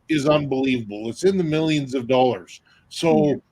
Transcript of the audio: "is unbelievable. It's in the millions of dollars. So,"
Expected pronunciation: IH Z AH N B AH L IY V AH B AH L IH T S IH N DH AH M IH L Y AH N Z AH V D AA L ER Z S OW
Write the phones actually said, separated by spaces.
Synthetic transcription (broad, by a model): IH Z AH N B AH L IY V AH B L IH T S IH N DH AH M IH L Y AH N Z AH V D AA L ER Z S OW